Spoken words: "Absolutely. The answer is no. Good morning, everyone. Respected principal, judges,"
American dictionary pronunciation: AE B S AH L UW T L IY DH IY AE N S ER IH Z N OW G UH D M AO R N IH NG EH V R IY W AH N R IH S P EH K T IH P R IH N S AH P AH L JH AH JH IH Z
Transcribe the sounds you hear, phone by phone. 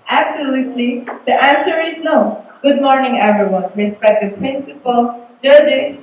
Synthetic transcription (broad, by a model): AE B S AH L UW T L IY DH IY AE N S ER IH Z N OW G UH D M AO R N IH NG EH V R IY W AH N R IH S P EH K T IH P R IH N S AH P AH L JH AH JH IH